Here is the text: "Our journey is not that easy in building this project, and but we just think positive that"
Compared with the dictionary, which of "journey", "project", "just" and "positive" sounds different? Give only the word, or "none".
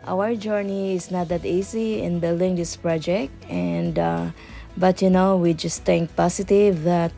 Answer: positive